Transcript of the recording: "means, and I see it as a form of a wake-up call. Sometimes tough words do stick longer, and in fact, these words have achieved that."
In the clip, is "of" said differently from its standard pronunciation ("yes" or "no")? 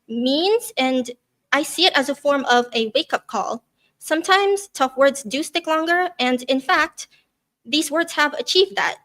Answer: no